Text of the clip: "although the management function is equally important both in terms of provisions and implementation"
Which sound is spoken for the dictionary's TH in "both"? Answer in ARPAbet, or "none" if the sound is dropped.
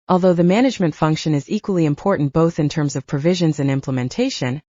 TH